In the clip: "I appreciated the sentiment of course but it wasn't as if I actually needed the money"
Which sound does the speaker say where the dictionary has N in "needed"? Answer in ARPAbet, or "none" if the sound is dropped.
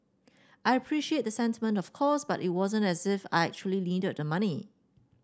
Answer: L